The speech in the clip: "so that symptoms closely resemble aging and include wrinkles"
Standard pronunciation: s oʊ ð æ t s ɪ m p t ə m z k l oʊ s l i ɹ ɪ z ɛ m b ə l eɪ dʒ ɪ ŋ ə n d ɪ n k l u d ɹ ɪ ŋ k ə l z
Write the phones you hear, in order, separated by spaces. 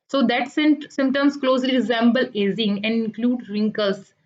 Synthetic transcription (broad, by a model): s oʊ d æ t s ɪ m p t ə m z k l oʊ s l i ɹ ɪ z ɛ m b ə l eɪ z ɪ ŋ ə n d ɪ n k l u d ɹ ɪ ŋ k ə l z